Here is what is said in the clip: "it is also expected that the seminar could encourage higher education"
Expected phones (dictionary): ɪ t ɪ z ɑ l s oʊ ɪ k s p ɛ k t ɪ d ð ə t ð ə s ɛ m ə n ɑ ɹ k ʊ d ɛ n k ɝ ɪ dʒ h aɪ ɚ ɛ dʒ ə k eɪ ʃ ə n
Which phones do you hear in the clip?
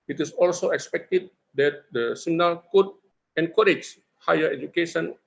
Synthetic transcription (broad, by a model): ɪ t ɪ s ɑ l s oʊ ɪ k s p ɛ k t ɪ d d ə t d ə s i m n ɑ l k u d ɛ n k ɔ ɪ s h aɪ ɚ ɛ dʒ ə k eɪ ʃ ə n